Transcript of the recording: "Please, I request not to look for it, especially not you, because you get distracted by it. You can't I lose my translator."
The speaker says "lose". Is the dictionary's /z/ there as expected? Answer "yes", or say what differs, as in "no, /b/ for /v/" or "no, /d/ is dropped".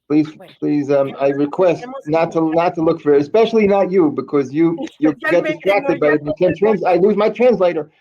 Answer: yes